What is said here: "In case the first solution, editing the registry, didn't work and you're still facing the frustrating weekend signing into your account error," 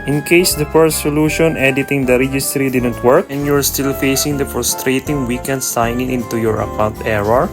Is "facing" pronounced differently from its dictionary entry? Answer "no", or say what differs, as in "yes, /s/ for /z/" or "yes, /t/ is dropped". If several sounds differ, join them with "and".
no